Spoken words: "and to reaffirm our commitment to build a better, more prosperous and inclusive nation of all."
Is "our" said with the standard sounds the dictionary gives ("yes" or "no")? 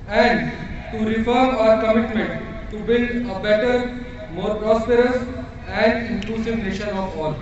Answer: yes